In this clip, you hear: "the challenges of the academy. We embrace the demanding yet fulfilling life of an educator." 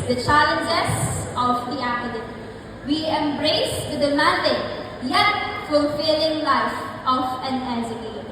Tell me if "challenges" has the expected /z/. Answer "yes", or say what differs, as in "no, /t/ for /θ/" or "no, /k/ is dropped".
no, /s/ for /z/